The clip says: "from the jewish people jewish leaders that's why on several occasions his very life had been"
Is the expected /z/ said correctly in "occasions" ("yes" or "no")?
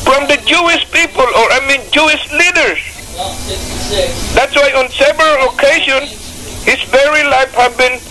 no